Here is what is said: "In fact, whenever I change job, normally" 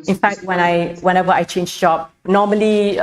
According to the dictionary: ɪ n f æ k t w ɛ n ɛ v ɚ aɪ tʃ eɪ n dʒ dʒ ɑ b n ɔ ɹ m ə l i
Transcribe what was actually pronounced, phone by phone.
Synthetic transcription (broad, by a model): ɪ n f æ k t w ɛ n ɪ w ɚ aɪ tʃ eɪ n dʒ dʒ ɑ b n ɔ m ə l i